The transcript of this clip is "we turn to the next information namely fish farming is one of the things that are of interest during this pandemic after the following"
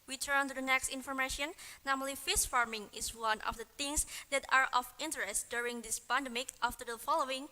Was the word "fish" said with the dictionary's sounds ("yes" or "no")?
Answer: no